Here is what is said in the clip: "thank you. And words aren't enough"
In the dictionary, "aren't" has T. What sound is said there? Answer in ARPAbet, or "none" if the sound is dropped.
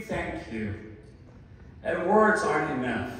none